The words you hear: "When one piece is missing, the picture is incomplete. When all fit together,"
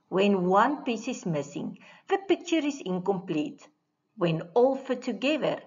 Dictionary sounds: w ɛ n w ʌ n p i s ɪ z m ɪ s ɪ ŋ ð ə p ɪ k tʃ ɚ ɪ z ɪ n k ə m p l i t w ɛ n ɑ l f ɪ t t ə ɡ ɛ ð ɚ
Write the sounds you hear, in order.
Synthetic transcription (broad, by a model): w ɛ n w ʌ n p i s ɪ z m ɪ s ɪ ŋ ð ə p ɪ k tʃ ɚ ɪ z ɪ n k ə m p l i t w ɛ n ɑ l f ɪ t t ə ɡ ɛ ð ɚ